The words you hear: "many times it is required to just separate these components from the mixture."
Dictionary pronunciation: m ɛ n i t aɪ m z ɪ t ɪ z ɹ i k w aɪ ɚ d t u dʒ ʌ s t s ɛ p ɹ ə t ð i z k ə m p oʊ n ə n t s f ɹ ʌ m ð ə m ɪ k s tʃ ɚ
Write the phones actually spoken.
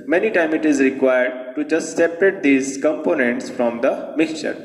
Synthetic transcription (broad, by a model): m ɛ n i t aɪ m ɪ t ɪ z ɹ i k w aɪ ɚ d t u dʒ ʌ s t s ɛ p ɹ ə t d i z k ə m p oʊ n ə n t s f ɹ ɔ m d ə m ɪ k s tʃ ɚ